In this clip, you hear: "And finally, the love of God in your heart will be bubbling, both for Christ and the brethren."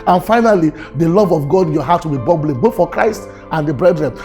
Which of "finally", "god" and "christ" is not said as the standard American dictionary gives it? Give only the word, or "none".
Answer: none